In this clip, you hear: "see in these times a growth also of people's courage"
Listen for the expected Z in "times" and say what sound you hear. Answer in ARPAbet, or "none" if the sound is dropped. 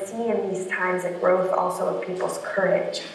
Z